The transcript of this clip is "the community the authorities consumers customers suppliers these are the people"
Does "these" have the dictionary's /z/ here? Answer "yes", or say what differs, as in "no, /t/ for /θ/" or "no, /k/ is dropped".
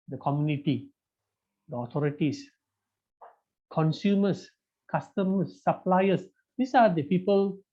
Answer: no, /s/ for /z/